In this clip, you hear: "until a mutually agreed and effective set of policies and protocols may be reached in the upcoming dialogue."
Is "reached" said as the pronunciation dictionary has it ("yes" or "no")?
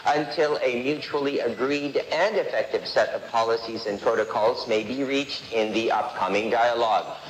yes